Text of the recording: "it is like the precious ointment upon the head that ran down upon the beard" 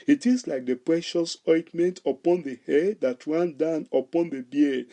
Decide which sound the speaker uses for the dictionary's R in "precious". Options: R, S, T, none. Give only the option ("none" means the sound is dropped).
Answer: R